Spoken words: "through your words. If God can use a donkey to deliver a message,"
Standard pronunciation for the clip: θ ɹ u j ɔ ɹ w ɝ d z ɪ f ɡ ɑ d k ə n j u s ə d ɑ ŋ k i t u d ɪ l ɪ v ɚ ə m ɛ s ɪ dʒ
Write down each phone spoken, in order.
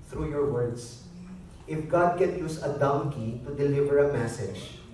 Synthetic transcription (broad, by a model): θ ɹ u j ɔ ɹ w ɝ d s ɪ f ɡ ɑ d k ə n j u s ə d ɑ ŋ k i t u d ɪ l ɪ v ɚ ə m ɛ s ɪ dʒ